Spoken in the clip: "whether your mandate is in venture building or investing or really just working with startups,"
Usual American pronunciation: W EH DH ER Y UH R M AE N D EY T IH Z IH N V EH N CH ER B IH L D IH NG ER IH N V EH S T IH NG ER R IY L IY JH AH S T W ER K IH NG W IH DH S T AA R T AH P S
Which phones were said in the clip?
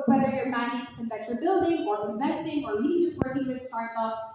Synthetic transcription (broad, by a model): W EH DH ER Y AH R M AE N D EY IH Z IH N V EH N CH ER B IH L D IH NG ER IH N V EH S T IH NG ER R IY N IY JH AH S T W ER K IH NG W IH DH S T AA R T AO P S